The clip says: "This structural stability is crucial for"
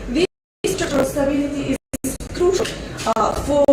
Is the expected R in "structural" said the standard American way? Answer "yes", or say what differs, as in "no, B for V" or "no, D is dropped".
no, R is dropped